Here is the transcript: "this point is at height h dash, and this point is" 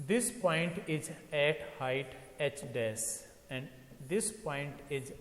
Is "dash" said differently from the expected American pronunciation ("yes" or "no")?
yes